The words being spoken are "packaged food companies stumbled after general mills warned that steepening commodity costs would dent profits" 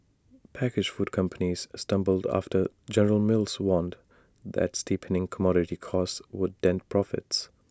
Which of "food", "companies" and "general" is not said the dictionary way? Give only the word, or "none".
none